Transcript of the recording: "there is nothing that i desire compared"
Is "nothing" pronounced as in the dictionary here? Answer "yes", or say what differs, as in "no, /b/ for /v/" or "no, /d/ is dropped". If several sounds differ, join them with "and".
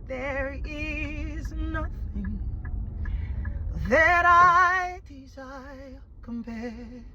yes